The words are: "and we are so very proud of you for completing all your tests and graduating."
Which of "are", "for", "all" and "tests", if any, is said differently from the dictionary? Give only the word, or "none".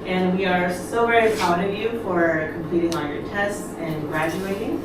all